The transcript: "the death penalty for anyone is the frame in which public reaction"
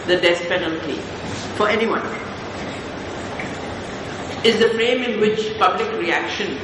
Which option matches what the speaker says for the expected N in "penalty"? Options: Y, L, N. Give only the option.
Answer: N